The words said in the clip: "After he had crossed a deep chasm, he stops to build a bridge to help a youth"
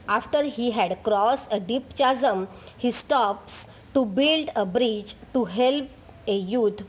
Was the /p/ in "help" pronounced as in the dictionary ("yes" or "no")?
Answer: yes